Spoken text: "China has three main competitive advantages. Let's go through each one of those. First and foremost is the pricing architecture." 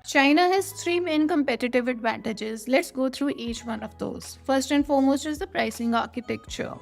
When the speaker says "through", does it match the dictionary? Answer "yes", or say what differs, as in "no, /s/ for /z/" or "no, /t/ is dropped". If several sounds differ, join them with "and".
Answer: no, /t/ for /θ/